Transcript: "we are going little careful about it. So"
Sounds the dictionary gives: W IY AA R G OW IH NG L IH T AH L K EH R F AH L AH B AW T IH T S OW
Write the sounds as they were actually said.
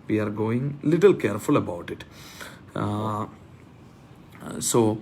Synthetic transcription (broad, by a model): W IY AA R G OW IH NG L IH T AH L K EH R F AH L AH B AW T IH T S OW